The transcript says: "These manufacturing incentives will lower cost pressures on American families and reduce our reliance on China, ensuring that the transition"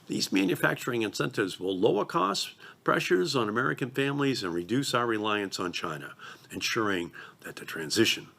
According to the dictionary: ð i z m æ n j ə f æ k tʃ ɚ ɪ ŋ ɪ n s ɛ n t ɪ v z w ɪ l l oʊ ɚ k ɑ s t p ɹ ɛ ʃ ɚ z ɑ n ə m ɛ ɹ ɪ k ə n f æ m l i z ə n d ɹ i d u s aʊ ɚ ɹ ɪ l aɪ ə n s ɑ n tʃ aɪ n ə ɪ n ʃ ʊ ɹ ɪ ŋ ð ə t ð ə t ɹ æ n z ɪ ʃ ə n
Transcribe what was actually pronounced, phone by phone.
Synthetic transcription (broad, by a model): ð i z m æ n j ə f æ k tʃ ɚ ɪ ŋ ɪ n s ɛ n t ɪ v z w ɪ l l oʊ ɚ k ɑ s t p ɹ ɛ ʃ ɚ z n ə m ɛ ɹ ɪ k ə n f æ m l i z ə n ɹ i d u s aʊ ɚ ɹ ɪ l aɪ ə n s n tʃ aɪ n ə ɪ n ʃ ʊ ɹ ɪ ŋ ð ə t ð ə t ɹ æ n z ɪ ʃ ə n